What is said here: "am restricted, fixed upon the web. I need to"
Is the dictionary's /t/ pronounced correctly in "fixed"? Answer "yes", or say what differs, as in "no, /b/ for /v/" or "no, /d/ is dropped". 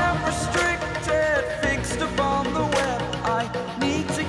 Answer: yes